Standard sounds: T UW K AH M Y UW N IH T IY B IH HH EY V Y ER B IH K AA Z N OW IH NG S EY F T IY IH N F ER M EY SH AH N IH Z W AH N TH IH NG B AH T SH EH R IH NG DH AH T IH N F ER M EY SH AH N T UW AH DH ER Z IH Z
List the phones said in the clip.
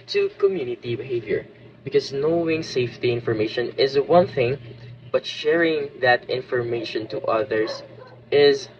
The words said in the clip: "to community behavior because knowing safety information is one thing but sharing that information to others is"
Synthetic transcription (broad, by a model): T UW K AH M Y UW N IH T IY B IH HH EY V Y ER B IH K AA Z N OW IH NG S EY F T IY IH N F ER M EY SH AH N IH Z W AH N TH IH NG B AH T SH EH R IH NG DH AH T IH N F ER M EY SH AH N T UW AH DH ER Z IH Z